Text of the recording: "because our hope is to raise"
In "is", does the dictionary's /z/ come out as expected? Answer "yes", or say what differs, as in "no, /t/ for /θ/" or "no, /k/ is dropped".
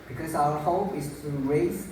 no, /s/ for /z/